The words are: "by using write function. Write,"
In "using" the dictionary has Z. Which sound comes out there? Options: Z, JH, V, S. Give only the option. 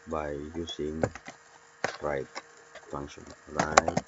S